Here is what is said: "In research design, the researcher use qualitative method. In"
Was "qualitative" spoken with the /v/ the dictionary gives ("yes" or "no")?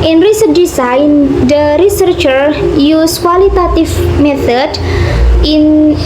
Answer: no